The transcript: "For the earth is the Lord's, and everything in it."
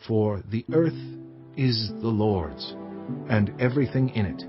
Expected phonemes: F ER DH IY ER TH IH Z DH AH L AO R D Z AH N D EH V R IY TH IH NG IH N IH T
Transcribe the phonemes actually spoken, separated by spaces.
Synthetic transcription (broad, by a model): F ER DH IY ER TH IH Z DH AH L AO R D Z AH N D EH V R IY TH IH NG IH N IH T